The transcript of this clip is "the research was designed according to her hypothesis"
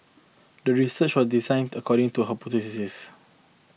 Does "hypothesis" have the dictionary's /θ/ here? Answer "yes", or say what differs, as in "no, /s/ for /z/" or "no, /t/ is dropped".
no, /s/ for /θ/